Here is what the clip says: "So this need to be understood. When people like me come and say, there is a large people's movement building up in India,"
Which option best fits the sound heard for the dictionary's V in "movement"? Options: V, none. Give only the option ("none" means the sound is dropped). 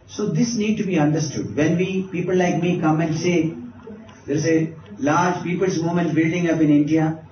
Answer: none